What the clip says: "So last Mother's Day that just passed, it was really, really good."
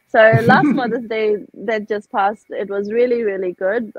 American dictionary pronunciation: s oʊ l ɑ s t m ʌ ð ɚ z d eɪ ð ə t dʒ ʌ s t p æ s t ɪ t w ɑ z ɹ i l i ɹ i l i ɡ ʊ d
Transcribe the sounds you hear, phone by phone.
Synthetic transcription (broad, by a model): s oʊ l ɑ s t m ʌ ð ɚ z d eɪ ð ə t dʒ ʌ s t p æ s t ɪ t w ɑ z ɹ i l i ɹ i l i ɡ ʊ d